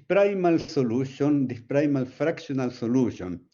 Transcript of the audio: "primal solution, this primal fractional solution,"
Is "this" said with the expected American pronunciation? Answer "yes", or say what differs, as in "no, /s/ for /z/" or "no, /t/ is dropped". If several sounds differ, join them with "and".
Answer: no, /s/ is dropped